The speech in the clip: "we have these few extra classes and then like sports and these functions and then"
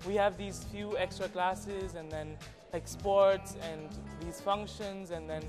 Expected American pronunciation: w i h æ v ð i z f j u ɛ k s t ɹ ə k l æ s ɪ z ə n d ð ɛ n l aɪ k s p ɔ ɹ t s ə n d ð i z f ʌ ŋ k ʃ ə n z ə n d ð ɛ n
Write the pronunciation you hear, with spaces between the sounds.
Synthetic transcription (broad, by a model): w i h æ v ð i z f j u ɛ k s t ɹ ə k l æ s ɪ z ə n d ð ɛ n l aɪ k s p ɔ ɹ t s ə n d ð i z f ʌ ŋ k ʃ ə n z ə n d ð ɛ n